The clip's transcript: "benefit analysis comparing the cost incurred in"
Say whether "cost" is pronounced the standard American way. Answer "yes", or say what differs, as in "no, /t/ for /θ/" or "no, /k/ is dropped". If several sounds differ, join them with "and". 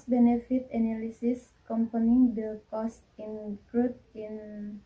yes